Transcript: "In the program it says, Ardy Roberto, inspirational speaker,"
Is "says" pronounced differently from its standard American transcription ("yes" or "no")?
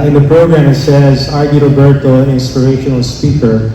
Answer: no